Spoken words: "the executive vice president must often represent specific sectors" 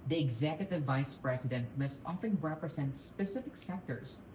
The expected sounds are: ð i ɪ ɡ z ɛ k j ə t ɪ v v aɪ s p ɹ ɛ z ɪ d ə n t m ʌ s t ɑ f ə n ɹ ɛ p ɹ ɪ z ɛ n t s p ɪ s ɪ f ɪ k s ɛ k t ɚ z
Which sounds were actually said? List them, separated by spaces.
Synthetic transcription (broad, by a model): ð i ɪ ɡ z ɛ k j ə t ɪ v v aɪ s p ɹ ɛ s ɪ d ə n t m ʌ s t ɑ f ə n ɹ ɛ p ɹ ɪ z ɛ n t s p ɪ s ɪ f ɪ k s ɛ k t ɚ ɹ